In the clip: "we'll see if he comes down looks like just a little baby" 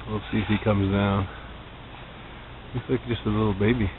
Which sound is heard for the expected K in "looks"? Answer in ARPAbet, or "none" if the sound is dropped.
none